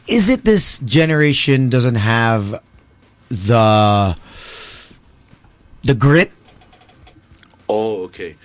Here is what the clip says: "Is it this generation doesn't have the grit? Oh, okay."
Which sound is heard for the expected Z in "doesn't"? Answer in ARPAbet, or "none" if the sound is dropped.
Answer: Z